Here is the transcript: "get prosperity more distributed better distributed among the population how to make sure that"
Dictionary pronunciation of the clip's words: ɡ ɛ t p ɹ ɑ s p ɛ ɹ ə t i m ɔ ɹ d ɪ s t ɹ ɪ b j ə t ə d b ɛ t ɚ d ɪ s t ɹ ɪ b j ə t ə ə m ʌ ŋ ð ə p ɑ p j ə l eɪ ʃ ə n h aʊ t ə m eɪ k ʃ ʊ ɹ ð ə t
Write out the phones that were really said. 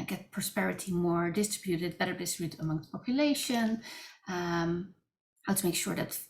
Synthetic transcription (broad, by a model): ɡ ɛ t p ɹ ɑ s p ɛ ɹ ə t i m ɔ ɹ d ɪ s t ɹ ɪ b j ə t ə d b ɛ t ɚ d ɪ s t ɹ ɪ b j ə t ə ə m ʌ ŋ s p ɑ p j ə l eɪ ʃ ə n h aʊ t ə m eɪ k ʃ ʊ ɹ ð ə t